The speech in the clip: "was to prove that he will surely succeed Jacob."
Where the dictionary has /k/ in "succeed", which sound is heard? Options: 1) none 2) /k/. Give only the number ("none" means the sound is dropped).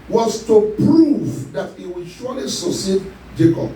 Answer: 1